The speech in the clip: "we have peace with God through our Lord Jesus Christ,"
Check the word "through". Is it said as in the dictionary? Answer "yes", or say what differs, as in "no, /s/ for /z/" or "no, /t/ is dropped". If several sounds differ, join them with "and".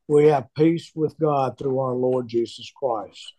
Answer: yes